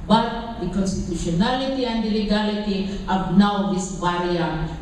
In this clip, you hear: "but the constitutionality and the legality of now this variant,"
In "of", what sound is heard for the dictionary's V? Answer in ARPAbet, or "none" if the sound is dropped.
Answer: B